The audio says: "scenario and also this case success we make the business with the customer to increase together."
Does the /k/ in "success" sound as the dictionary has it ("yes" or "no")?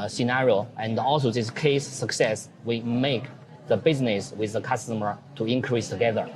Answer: yes